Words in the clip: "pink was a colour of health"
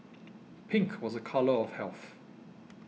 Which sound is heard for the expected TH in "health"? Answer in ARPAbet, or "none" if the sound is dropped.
TH